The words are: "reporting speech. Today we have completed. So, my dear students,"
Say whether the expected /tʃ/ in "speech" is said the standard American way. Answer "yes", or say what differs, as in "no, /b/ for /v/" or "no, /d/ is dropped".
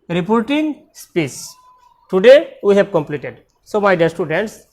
no, /s/ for /tʃ/